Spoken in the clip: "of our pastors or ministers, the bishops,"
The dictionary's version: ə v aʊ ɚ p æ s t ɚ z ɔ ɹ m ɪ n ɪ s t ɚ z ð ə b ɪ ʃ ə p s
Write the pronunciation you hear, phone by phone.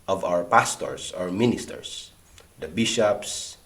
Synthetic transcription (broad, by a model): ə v aʊ ɚ p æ s t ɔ s ɔ ɹ m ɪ n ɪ s t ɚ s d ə b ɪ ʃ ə p s